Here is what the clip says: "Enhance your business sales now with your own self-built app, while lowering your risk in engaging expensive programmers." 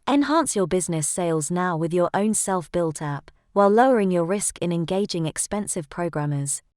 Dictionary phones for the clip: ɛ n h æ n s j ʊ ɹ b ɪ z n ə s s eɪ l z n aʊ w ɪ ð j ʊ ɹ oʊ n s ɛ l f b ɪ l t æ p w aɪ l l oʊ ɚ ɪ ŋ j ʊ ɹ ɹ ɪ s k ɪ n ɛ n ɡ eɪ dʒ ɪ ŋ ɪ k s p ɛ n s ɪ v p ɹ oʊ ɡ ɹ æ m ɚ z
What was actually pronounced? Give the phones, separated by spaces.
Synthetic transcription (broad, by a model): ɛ n h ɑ n s j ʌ b ɪ z n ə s s eɪ l z n aʊ w ɪ ð j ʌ ɹ oʊ n s ɛ l f b ɪ l t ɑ p w aɪ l l oʊ ɚ ɪ ŋ j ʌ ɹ ɹ ɪ s k ɪ n ɛ n ɡ eɪ dʒ ɪ ŋ ɪ k s p ɛ n s ɪ v p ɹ oʊ ɡ ɹ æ m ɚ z